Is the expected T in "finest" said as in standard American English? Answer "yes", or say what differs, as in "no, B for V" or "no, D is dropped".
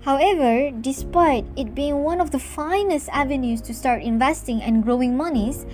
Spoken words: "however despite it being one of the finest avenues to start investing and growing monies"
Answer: yes